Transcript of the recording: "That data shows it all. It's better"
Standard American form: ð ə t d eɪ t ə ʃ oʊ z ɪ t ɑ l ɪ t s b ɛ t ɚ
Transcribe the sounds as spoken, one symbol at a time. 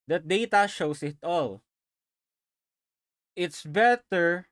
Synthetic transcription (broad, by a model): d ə t d eɪ t ə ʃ oʊ s ɪ t ɑ l ɪ t s b ɛ t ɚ